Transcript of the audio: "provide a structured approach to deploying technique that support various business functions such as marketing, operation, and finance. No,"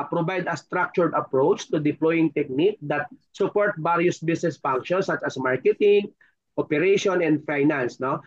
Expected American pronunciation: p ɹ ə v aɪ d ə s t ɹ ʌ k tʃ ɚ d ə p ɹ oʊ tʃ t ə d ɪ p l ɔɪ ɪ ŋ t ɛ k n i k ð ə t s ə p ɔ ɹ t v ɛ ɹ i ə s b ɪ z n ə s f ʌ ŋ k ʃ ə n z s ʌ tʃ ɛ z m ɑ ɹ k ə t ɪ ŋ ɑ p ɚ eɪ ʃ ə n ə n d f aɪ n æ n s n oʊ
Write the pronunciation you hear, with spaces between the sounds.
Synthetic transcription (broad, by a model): p ɹ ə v aɪ d ə s t ɹ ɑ k tʃ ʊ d ə p ɹ oʊ tʃ t ə d ɪ p l ɔɪ ɪ ŋ t ɛ k n i k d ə t s ə p ɔ ɹ t b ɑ ɹ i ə s b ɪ s n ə s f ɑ ŋ k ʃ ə n s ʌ tʃ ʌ s m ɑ ɹ k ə t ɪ ŋ ɑ p ɚ eɪ ʃ ə n ə n d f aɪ n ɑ n s n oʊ